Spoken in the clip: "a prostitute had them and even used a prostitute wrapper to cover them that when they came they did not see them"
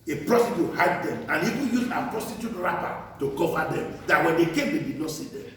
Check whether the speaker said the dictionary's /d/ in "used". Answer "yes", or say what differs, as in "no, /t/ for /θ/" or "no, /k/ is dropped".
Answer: no, /d/ is dropped